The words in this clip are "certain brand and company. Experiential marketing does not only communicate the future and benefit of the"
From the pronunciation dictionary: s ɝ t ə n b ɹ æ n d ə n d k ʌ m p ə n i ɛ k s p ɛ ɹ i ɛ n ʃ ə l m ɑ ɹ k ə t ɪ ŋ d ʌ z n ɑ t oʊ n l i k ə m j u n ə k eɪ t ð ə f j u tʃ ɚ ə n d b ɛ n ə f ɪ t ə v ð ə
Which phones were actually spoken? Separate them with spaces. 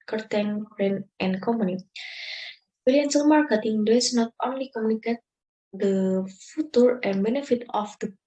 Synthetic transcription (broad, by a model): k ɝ t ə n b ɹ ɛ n ə n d k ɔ m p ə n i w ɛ l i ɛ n s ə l m ɑ ɹ k ə t ɪ ŋ d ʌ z n ɑ t oʊ n l i k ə m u n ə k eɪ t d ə f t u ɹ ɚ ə n b ɛ n ə f ɪ t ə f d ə